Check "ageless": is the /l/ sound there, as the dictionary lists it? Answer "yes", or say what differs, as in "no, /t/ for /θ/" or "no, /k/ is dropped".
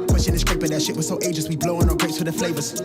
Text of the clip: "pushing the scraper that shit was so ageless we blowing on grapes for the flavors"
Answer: no, /l/ is dropped